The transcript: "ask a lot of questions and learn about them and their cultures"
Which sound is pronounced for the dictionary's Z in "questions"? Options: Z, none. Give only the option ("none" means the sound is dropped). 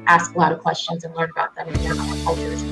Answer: Z